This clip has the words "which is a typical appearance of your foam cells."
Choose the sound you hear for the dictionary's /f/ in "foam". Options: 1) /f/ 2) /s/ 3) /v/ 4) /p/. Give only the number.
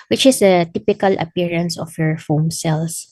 1